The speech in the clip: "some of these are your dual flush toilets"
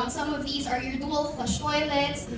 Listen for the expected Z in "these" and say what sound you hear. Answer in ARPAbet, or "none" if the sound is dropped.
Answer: Z